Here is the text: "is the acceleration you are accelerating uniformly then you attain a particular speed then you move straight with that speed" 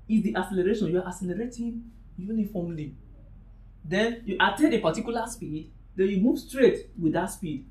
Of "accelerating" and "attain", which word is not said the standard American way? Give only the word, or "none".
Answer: accelerating